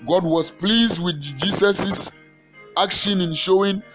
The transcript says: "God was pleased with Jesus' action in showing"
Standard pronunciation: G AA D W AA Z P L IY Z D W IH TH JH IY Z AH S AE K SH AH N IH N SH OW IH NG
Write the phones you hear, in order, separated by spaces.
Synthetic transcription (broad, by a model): G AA D W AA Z P L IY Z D W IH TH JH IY S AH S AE K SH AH N IH N SH OW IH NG